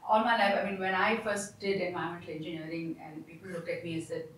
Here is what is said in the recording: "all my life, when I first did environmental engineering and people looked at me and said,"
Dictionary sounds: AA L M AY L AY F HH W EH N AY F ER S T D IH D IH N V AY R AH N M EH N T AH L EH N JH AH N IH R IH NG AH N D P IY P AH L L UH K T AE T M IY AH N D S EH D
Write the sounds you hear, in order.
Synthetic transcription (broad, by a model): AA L M AY L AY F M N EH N AY F ER S T D IH D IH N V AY AH M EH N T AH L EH N JH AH N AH R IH NG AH N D P IY P AH L L UH K T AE T M IY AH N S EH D